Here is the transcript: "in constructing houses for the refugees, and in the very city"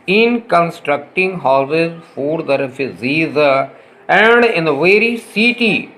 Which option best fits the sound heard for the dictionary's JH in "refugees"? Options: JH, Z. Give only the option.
Z